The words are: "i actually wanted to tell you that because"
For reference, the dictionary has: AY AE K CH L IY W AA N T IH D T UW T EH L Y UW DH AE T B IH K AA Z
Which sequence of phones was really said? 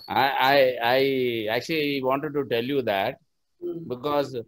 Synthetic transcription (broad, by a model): AY AE K CH L IY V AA N T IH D T UW T EH L Y UW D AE T B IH K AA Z